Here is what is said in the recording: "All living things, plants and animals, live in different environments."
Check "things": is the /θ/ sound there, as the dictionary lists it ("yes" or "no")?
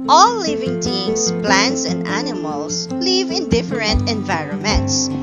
no